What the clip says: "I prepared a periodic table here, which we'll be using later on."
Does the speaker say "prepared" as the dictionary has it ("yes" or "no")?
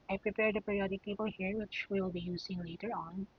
yes